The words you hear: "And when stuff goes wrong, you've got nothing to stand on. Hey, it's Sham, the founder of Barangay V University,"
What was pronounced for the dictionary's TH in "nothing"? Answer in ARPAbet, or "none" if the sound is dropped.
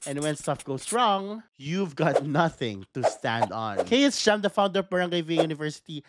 TH